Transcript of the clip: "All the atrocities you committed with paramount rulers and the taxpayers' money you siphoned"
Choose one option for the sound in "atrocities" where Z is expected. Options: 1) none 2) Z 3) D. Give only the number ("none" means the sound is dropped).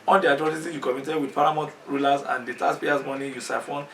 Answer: 1